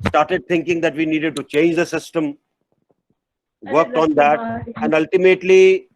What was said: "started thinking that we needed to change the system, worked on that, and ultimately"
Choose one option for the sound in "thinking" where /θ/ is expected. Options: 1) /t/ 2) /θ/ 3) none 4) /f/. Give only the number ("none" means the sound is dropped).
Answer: 1